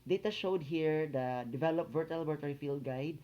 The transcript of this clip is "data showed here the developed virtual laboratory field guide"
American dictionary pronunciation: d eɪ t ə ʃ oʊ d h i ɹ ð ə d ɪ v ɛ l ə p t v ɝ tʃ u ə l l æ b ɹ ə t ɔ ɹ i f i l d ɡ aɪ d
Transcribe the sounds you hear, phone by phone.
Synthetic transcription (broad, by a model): d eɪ t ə ʃ oʊ d h i ɹ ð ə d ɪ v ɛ l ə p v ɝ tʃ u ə l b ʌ ɹ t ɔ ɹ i f i l d ɡ aɪ d